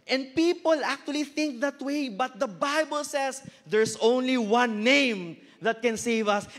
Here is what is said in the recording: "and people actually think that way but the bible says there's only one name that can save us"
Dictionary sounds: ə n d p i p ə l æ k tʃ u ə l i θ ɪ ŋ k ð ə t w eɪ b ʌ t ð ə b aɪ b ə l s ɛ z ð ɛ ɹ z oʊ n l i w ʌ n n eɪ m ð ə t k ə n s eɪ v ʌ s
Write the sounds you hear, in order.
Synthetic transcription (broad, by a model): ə n d p i p ə l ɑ k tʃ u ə l i θ ɪ ŋ k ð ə t w eɪ b ʌ t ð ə b aɪ b ə l s ɛ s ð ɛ ɹ s oʊ n l i w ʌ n n eɪ m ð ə t k ə n s eɪ v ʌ s